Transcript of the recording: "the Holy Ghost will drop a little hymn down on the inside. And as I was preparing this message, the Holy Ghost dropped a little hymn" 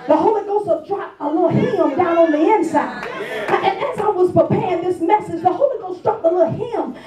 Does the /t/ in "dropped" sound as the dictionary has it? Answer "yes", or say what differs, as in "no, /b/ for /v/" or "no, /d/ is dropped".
no, /t/ is dropped